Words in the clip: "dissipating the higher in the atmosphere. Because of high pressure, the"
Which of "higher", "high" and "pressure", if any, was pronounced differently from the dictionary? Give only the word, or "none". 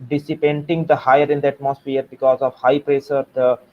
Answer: pressure